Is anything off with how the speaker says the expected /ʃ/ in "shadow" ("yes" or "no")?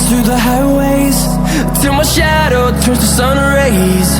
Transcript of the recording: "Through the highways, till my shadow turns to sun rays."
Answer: no